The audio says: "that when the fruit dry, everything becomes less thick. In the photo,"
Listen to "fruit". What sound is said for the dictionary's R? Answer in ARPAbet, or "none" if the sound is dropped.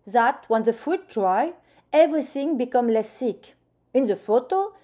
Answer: none